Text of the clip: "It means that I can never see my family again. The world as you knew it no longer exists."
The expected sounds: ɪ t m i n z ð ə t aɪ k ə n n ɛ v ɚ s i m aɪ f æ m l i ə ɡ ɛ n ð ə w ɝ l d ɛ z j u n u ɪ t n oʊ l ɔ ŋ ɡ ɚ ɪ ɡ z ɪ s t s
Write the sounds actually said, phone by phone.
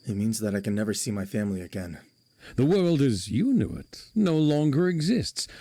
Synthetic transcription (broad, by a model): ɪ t m i n z ð ə t aɪ k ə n n ɛ v ɚ s i m aɪ f æ m l i ə ɡ ɛ n ð ə w ɝ l d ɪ z j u n u ɪ t n oʊ l ɔ ŋ ɡ ɚ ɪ ɡ z ɪ s t s